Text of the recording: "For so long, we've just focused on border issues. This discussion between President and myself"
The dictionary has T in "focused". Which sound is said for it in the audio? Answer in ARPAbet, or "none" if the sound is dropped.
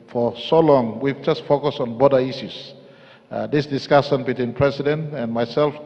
none